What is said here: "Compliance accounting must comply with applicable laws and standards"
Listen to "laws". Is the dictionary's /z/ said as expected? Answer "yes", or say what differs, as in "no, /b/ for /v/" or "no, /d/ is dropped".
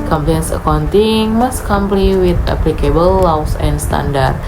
no, /s/ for /z/